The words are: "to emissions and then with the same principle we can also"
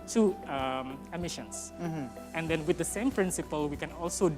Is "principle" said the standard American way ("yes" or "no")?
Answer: yes